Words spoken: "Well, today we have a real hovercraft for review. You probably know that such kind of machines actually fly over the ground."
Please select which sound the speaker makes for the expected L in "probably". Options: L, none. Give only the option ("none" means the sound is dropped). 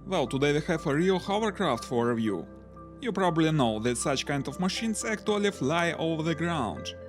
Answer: L